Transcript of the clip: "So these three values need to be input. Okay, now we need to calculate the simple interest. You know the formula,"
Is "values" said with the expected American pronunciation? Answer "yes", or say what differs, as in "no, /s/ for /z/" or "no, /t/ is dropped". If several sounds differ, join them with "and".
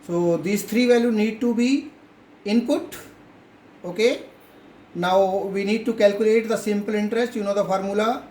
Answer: no, /z/ is dropped